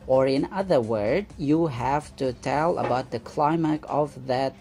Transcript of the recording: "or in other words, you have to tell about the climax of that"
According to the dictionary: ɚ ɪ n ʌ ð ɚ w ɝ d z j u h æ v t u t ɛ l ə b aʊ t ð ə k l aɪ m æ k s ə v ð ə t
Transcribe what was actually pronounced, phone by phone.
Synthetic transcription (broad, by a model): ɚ ɪ n ʌ ð ɚ w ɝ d j u h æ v t u t ɛ l ə b aʊ t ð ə k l aɪ m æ k ə v ð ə t